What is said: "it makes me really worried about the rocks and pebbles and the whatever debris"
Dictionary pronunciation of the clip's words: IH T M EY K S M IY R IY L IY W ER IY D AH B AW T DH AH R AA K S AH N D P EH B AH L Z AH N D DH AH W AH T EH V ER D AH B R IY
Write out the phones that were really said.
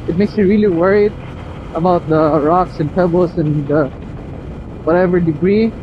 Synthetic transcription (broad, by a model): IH T M EY K S M IY R IY L IY W ER IY D AH B AW T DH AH R AA K S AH N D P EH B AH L S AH N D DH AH W AH T EH V ER D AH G R IY